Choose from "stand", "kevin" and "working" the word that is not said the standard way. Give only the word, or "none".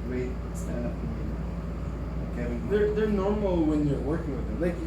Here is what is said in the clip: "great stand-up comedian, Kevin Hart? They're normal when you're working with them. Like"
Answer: kevin